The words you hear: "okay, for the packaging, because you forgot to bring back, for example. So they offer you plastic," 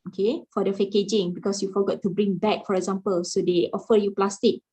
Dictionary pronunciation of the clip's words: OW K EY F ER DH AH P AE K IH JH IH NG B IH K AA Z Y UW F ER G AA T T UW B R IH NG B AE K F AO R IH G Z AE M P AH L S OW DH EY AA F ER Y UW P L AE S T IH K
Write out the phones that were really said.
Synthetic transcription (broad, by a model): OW K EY F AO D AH F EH K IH JH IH NG B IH K AA S Y UW F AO G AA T T UW B R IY NG B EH K F AO R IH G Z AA M P AH L S OW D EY AA F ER Y UW P L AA S T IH K